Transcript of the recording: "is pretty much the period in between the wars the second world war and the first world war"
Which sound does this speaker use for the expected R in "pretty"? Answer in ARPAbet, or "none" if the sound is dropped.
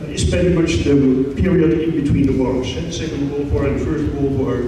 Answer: none